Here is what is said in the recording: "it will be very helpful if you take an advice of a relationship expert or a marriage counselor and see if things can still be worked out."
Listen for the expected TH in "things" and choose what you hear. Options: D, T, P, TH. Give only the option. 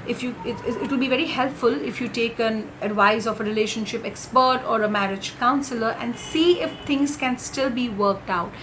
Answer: T